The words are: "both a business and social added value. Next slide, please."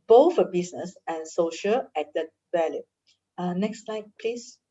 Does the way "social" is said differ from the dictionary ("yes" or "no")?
no